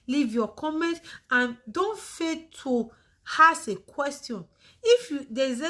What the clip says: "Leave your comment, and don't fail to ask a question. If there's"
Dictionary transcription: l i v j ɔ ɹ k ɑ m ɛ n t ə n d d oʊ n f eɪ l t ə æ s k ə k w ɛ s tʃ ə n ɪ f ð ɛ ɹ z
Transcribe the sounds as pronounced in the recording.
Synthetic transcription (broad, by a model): l i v j ɔ k ɑ m ɛ n t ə n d d oʊ n f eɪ t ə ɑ s ə k w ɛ s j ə n ɪ f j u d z